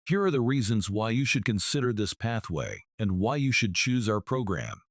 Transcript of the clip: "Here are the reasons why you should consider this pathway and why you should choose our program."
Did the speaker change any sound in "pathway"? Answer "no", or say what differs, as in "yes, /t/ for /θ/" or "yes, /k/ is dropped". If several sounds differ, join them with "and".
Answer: no